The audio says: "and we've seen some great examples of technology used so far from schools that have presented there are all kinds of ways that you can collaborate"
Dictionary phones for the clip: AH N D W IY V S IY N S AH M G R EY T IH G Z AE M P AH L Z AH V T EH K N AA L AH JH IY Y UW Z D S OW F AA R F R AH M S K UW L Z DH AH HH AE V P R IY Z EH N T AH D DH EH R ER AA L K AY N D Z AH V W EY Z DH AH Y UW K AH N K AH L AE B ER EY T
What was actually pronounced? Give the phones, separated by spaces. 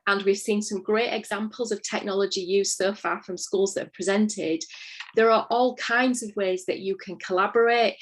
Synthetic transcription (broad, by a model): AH N W IY V S IY N S AH M G R EY T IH G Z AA M P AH L Z AH V T EH K N AA L AH JH IY Y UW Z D S OW F AA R F R AH M S K UW L Z DH AH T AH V P R IY Z EH N T AH D DH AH R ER AA L K AY N D Z AH V W EY Z DH AH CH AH K AH N K AH L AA B ER EY T